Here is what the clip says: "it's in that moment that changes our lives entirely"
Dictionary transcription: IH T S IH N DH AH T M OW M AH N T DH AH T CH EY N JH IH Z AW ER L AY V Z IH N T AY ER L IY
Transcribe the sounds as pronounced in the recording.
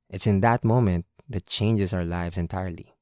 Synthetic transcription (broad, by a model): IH T S IH N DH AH T M OW M AH N T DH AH T CH EY N JH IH S AW ER L AY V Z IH N T AY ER L IY